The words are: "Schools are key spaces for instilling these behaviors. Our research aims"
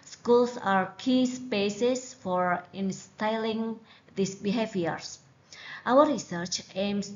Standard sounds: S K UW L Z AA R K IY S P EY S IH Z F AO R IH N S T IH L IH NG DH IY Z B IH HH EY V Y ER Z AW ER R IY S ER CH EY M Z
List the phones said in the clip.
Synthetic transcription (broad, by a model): S K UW L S AA R K IY S P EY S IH S F AO R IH N S T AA L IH NG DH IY S B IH HH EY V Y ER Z AW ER R IY S ER CH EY M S